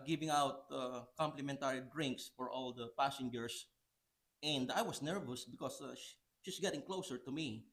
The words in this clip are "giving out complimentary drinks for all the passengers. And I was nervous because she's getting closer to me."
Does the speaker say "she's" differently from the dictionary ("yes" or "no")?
yes